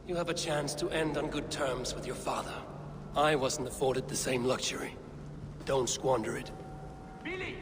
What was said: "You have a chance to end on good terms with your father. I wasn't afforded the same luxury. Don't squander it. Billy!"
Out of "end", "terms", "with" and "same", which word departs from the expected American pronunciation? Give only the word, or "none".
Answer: none